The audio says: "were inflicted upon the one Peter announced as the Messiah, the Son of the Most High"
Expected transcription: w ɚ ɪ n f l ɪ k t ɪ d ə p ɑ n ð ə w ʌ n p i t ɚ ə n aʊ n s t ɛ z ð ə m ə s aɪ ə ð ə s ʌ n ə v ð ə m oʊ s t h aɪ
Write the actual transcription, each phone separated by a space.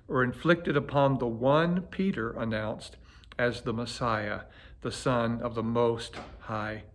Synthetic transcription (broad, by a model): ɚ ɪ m f l ɪ k t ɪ d ə p ɑ n ð ə w ʌ n p i t ɚ ə n aʊ n s t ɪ z ð ə m ə s aɪ ə ð ə s ʌ n ə v ð ə m oʊ s t h aɪ